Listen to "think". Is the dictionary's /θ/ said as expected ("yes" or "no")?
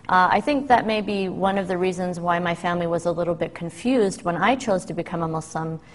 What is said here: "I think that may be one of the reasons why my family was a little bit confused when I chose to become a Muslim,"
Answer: yes